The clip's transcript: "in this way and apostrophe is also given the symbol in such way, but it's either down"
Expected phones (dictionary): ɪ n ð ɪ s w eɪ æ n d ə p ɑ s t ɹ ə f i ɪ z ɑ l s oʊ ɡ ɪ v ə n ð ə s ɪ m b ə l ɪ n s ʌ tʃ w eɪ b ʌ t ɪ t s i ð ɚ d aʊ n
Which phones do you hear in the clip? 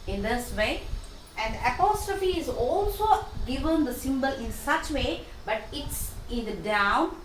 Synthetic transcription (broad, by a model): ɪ n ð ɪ s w eɪ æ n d ə p ɑ s t ɹ ə f i ɪ z ɑ l s oʊ ɡ ɪ v ə n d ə s ɪ m b ə l ɪ n s ʌ tʃ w eɪ b ʌ t ɪ t s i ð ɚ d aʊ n